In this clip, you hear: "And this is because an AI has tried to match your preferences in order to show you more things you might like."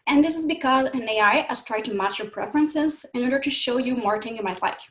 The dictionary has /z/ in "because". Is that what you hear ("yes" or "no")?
yes